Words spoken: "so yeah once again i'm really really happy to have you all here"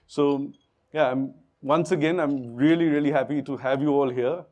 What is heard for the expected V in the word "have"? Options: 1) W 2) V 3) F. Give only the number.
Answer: 2